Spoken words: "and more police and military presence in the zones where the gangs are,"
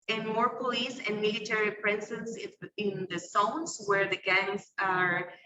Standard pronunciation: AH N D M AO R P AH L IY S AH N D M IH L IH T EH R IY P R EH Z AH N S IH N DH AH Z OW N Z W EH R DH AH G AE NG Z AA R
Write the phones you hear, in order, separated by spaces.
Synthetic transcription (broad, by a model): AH N M AO R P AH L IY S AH N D M IH L IH T EH R IY P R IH S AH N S IH N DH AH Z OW N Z W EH R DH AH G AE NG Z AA R